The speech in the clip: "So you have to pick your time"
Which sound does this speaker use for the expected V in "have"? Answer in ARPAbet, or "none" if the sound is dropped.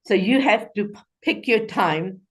F